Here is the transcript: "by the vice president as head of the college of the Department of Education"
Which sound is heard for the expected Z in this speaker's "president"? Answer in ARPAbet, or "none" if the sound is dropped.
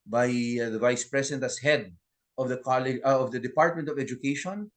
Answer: S